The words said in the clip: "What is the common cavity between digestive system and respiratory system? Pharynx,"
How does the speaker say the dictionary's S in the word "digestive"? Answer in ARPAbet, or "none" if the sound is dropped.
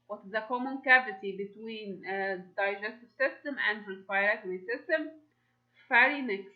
S